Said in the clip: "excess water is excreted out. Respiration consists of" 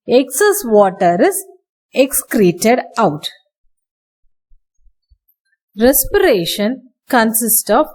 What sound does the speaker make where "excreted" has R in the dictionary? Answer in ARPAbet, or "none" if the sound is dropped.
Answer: R